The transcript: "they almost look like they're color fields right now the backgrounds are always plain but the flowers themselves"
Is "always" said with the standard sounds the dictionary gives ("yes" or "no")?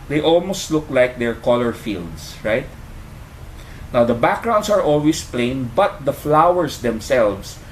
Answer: no